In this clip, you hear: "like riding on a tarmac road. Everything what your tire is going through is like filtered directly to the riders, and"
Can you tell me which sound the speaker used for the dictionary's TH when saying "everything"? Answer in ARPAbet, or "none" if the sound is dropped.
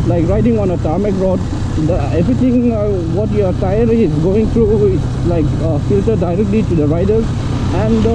T